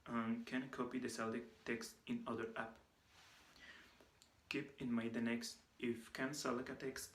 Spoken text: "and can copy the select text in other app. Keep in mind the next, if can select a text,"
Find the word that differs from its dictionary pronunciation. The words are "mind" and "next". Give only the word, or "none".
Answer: mind